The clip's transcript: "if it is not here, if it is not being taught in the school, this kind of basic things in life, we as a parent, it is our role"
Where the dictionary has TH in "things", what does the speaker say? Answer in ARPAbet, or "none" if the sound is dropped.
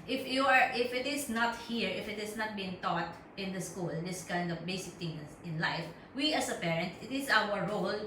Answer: T